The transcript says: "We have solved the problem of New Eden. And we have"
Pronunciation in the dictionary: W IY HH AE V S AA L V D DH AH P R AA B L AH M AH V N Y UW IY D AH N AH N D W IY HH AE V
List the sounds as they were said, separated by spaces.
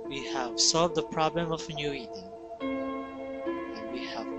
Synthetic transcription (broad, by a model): W IY HH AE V S AA L V D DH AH P R AA B L AH M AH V N Y UW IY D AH AH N W IY HH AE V